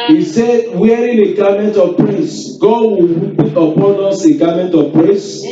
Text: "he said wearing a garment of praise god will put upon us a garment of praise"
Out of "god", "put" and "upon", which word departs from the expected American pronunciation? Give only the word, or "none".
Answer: put